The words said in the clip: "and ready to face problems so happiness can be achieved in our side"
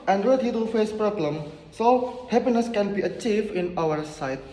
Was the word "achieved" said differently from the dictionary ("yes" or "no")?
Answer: no